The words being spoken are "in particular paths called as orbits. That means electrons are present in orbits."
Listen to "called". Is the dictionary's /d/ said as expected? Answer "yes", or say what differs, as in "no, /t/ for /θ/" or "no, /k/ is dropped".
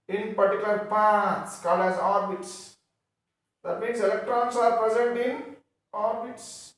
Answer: yes